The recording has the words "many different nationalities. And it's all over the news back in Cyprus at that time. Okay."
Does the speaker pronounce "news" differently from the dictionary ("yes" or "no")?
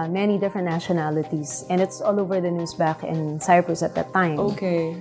yes